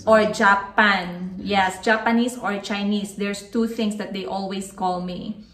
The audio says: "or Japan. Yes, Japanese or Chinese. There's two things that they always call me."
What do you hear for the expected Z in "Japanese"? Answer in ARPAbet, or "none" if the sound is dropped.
S